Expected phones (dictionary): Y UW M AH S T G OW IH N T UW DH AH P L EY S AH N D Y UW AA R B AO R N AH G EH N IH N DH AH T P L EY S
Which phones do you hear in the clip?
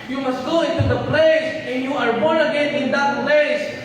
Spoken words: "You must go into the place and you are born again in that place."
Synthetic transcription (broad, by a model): Y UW M AH S T G OW IH N T UW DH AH P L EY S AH N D Y UW AA R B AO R AH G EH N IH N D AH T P L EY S